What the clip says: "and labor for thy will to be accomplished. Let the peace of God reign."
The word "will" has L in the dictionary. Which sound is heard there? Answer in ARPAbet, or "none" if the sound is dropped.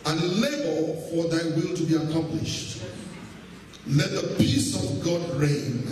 L